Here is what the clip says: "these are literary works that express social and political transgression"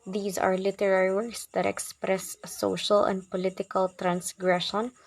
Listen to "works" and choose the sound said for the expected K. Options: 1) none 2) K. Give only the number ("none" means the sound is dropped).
1